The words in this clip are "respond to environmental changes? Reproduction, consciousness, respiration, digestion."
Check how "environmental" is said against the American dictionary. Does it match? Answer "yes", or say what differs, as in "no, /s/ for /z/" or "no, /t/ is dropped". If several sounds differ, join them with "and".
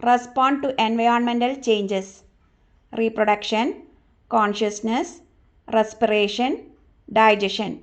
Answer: yes